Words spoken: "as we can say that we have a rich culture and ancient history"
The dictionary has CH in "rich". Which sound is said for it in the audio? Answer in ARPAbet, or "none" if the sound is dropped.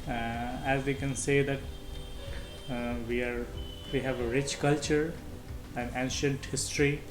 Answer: CH